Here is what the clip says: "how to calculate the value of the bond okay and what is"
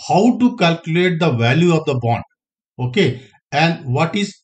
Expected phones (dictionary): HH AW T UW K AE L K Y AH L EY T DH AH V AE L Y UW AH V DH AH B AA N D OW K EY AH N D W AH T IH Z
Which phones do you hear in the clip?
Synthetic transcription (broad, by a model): HH AW T UW K AE L K Y AH L EY T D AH V AE L Y UW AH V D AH B AA N D OW K EY AH N D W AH T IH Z